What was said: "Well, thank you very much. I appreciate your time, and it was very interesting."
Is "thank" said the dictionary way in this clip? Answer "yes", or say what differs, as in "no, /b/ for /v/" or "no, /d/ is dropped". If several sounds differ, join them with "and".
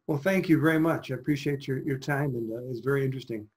yes